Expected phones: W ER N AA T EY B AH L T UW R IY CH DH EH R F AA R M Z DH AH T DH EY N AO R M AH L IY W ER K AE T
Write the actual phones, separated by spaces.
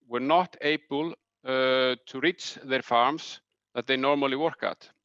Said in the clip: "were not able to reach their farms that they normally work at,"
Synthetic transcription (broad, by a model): W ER N AA T EY B AH L T UW R IY CH DH EH R F AA R M S DH AH T DH EY N AO R M AH L IY W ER K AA T